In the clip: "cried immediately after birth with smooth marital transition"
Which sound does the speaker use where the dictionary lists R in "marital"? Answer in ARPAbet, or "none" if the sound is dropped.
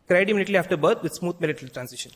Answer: L